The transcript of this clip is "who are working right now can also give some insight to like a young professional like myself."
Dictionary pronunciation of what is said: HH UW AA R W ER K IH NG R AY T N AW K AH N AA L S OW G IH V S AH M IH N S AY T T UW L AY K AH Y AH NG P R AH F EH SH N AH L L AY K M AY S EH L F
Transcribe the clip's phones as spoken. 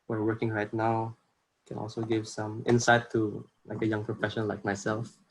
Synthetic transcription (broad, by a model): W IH R W ER K IH NG R AY T N AW K AH N AA L S OW G IH V S AH M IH N S AY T T UW L AY K AH Y AH NG P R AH F EH SH AH N L AY K M AY S EH L F